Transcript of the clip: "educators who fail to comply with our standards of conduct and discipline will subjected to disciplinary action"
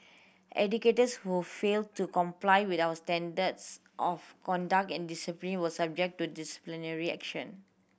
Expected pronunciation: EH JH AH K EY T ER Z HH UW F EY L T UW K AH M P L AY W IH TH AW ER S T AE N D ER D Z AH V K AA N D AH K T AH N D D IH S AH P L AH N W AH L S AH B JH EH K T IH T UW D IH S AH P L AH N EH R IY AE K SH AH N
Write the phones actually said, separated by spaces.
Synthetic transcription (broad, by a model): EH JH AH K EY T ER S HH UW F EY L T UW K AH M P L AY W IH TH AW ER S T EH N D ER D S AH F K AA N D AH K T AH N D D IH S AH P L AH N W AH S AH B JH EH K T T UW D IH S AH P L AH N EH R IY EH K SH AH N